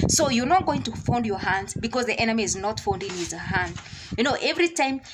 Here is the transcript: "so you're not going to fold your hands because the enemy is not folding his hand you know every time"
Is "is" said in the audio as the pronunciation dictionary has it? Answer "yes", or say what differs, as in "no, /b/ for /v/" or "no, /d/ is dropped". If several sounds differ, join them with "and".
yes